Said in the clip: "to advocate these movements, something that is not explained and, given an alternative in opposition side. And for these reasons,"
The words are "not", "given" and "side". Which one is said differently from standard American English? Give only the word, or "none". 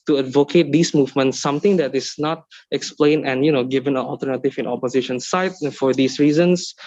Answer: side